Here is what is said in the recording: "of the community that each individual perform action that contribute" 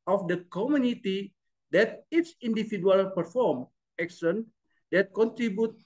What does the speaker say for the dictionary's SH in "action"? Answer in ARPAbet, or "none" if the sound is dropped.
S